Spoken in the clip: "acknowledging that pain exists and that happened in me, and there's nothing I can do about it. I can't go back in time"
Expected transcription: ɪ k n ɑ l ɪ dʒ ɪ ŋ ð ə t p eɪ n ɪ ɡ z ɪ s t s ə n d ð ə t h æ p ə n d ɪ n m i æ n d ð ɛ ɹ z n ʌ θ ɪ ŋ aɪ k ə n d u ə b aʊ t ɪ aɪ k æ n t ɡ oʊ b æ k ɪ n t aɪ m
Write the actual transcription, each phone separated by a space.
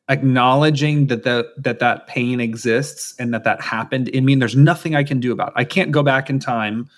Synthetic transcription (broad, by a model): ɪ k n ɑ l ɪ dʒ ɪ ŋ ð ə t p eɪ n ɪ ɡ z ɪ s t s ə n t ð ə t h æ p ə n d ɪ n m i n ð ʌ ɹ z n ʌ θ ɪ ŋ aɪ k ə n d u ə b aʊ t ɪ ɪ k æ n ɡ oʊ b æ k ɪ n t aɪ m